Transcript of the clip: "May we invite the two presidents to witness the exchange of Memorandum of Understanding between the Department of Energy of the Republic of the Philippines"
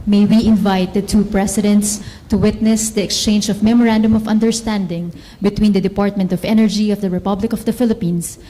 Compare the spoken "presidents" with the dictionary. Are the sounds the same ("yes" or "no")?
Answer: no